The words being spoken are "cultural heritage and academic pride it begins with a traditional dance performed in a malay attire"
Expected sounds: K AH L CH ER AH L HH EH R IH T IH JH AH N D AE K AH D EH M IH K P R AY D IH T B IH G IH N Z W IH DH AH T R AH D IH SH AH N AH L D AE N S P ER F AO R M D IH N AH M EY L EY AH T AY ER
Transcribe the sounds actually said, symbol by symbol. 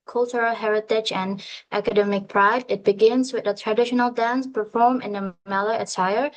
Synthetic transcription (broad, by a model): K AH L CH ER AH L HH EH R IH T IH JH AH N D AE K AH D EH M IH K P R AY D IH T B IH G IH N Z W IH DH AH T R AH D IH SH AH N AH L D AE N S P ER F AO R M IH N AH M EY L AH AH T AY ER